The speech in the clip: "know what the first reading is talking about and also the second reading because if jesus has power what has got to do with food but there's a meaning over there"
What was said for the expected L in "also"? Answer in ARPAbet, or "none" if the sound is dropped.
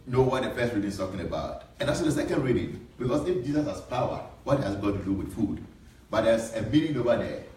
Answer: none